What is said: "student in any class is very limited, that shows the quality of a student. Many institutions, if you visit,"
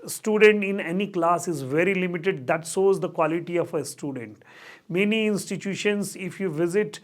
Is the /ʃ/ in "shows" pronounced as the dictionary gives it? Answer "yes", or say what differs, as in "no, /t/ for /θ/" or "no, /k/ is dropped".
no, /s/ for /ʃ/